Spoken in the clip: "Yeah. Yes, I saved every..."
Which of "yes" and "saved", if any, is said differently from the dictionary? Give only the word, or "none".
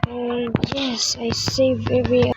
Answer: saved